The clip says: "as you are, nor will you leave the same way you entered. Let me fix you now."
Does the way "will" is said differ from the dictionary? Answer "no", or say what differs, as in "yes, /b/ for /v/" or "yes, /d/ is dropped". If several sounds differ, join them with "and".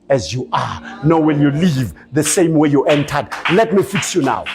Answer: yes, /n/ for /l/